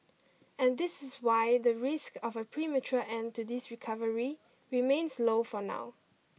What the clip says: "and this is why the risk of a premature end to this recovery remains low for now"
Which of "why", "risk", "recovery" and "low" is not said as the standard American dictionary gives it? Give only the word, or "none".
none